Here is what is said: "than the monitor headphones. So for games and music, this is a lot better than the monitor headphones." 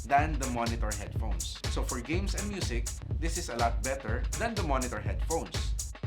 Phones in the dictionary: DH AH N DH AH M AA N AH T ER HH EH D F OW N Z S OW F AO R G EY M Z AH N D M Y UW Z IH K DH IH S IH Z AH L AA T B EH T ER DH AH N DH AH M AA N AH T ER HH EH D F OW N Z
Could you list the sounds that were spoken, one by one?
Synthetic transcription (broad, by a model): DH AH N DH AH M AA N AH T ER HH EH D F OW N S OW F AO R G EY M S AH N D M Y UW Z IH K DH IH S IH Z AH L AA T B EH T ER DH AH N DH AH M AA N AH T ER HH EH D F OW N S